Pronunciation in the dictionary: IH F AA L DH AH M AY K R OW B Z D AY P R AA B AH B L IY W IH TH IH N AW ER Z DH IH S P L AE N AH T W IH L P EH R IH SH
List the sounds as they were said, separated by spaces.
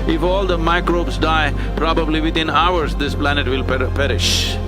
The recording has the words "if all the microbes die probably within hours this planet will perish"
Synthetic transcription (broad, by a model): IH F AA L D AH M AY K R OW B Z D AY P R AA B AH B L IY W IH T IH N AW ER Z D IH S P L AE N AH T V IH L P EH R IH SH